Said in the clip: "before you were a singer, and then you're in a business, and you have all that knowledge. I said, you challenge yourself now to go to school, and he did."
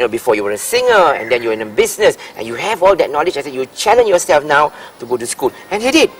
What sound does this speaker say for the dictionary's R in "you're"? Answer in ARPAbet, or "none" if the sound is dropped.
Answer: W